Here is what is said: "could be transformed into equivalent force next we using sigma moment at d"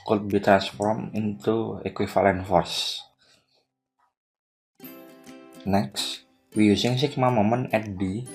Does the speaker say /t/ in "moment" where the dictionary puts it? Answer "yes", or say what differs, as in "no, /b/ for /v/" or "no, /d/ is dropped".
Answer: no, /t/ is dropped